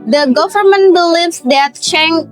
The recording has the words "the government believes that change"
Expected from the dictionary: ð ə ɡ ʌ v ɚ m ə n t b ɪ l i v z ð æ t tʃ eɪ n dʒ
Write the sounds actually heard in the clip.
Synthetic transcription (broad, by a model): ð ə ɡ ʌ v ɚ m ə n t b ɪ l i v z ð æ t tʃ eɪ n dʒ